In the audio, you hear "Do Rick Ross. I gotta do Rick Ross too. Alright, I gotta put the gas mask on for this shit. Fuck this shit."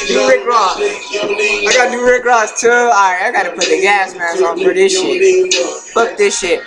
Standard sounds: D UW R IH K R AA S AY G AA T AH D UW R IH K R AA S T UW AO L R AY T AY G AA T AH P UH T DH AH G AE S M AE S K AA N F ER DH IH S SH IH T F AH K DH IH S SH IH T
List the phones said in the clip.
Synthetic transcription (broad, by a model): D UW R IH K R AA S AY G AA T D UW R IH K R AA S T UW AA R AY AY G AA T AH P UH T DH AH G AE S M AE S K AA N P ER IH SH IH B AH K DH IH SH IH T